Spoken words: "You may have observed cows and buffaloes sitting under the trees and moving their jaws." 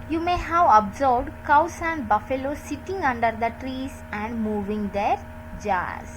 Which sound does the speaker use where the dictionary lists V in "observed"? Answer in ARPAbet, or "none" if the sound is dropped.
B